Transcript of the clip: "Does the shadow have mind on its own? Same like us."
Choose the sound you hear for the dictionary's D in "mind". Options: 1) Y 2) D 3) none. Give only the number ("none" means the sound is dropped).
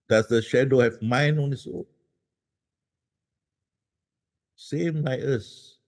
3